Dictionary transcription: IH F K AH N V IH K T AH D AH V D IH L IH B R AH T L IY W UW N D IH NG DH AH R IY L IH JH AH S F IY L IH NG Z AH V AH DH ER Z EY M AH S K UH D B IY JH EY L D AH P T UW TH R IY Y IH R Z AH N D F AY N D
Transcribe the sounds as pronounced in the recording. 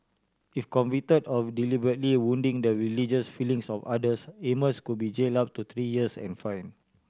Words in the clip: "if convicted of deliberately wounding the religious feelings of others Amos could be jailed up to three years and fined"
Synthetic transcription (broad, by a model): IH F K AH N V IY T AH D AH F D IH L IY B R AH T L IY W UW N D IH NG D AH R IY L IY JH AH S F IY L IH NG S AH F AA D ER S EY M AH S K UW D B IY JH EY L AA P T UW T R IY Y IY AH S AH N F AY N